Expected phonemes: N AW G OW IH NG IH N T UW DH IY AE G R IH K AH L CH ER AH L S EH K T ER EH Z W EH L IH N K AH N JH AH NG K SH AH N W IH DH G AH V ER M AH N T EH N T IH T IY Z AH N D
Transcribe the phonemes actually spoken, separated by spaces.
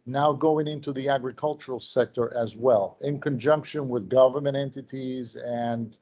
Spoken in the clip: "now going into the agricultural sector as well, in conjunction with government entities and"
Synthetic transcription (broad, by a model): N AW G OW IH NG IH N T UW DH IY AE G R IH K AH L CH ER L S EH K T ER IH Z W EH L IH N K AH N JH AH NG K SH AH N W IH DH G AH V ER M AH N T EH N T IH T IY Z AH N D